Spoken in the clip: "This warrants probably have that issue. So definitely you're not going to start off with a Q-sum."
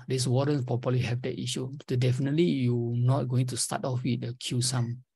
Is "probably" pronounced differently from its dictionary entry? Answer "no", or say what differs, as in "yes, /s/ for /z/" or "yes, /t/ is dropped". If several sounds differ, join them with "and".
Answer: yes, /ɹ/ is dropped and /b/ is dropped